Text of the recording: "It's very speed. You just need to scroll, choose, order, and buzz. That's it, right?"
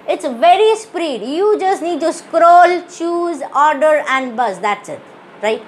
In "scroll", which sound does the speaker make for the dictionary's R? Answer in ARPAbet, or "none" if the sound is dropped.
R